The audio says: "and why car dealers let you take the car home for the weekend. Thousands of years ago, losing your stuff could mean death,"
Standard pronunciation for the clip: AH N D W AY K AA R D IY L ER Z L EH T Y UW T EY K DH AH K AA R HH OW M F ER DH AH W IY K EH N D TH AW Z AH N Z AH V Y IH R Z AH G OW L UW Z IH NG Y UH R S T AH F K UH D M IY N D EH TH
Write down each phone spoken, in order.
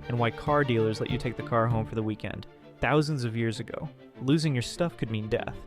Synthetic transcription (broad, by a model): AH N W AY K AA R D IY L ER Z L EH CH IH T EY K DH AH K AA R HH OW M F ER DH AH W IY K EH N D TH AW Z AH N Z AH V Y IH R Z AH G OW L UW Z IH NG Y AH R S T AH F K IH D M IY N D EH TH